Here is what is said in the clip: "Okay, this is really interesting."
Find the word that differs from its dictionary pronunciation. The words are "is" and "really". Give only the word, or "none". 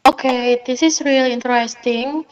is